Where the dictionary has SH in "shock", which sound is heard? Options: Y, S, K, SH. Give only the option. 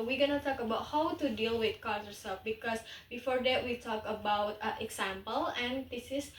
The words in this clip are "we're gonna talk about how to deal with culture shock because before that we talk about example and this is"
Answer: S